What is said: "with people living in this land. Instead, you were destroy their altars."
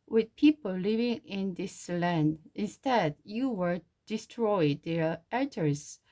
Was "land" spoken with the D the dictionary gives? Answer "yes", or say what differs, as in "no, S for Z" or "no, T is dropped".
yes